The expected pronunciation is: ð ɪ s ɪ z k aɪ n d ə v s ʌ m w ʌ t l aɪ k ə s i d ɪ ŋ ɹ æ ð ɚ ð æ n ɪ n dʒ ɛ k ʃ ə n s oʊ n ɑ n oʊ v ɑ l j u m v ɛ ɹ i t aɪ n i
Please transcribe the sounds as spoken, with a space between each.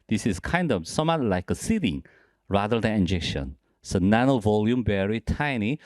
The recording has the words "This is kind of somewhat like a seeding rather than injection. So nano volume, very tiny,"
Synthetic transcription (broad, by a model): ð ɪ s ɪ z k aɪ n d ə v s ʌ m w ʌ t l aɪ k ə s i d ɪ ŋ ɹ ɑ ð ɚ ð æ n ɪ n dʒ ɛ k ʃ ə n s oʊ n ɑ n oʊ v ɑ l j u m b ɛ ɹ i t aɪ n i